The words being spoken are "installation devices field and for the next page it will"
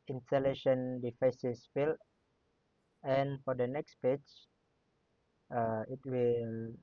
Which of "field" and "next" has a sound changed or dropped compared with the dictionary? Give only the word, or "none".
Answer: field